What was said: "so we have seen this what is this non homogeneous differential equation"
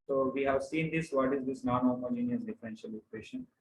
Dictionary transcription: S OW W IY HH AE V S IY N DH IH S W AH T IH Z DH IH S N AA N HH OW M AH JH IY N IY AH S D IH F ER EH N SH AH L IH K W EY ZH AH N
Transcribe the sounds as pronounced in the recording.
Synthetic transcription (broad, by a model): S OW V IY HH AE V S IY N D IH S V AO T IH Z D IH S N AA N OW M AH JH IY N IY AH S D IH F ER EH N SH AH L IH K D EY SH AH N